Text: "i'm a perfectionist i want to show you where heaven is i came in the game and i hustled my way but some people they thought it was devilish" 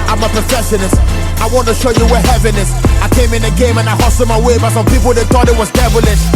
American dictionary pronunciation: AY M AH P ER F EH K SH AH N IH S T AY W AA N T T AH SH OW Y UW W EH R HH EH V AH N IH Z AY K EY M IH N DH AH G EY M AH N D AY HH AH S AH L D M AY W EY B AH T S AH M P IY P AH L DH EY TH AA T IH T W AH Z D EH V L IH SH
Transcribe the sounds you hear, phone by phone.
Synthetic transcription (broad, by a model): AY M AH P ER F EH SH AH N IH S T AY W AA N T T AH SH OW Y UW W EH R HH EH V AH N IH S AY K EY M IH N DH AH G EY M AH N AY HH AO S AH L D M AY W EY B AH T S AH M P IY P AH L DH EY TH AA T IH T W AH Z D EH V L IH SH